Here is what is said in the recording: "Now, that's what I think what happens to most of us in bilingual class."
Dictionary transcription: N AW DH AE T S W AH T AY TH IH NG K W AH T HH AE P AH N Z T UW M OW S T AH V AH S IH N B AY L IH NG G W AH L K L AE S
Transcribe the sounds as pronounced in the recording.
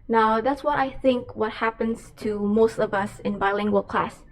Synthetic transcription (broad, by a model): N AW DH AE T S W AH T AY TH IH NG K W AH T HH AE P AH N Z T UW M OW S T AH V AH S IH N B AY L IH NG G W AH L K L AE S